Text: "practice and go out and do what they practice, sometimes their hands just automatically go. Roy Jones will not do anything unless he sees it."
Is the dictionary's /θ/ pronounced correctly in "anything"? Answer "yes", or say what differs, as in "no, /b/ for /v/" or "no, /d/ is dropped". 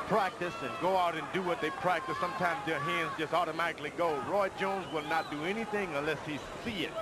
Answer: yes